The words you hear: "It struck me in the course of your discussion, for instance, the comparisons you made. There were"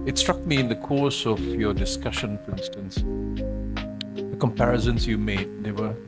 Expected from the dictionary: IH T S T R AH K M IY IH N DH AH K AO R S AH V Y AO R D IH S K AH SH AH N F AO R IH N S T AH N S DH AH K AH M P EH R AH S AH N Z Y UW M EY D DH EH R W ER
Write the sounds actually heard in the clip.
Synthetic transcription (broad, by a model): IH T S T R AH K M IY IH N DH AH K AO R S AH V Y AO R D IH S K AH SH AH N F AO R IH N S T AH N S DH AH K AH M P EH R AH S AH N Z Y UW M EY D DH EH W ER